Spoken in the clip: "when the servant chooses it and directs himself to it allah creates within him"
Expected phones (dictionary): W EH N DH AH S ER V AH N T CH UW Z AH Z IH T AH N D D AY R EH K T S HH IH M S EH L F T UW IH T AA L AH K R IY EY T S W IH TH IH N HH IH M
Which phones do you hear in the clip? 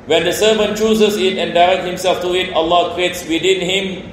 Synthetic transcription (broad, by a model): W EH N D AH S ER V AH N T CH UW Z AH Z IH T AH N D D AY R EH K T HH IH M S EH L F T UW IH T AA L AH K R IY EY T S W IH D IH N HH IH M